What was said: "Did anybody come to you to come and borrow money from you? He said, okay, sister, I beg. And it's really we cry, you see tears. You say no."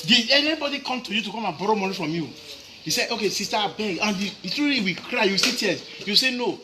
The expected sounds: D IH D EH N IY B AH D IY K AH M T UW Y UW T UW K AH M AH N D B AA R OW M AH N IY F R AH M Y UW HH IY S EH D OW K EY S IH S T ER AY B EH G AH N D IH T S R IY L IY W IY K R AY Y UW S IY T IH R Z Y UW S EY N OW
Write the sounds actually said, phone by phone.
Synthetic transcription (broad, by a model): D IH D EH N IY B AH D IY K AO M T UW Y UW T UW K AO M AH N B AA R OW M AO N IY F R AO M Y UW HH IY S EH D OW K EY S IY S T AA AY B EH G AH N D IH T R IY IY W IY K R AY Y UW S IY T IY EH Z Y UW S EY N OW